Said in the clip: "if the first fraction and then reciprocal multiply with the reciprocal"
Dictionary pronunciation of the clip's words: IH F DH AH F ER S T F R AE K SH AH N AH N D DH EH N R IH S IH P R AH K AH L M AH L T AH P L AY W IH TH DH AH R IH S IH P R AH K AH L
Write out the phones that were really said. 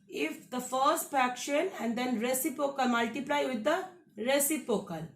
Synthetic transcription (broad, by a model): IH F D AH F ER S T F AE K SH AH N AH N D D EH N R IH S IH P AH K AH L M AH L T AH P L AY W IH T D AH R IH S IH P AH K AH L